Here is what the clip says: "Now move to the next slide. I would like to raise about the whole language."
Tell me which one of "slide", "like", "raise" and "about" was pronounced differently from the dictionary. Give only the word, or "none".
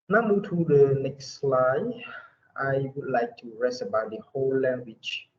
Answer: raise